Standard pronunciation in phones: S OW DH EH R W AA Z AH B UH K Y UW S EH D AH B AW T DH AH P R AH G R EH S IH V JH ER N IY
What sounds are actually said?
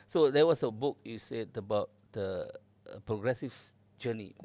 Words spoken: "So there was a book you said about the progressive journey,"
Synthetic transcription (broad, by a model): S OW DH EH W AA S AH B UH K Y UW S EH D AH B AW T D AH P R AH G R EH S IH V JH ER N IY